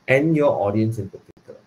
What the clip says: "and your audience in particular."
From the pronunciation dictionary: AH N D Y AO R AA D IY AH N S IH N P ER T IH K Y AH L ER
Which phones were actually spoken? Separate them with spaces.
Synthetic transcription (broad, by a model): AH N Y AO AA D IY AH N S IH N P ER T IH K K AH L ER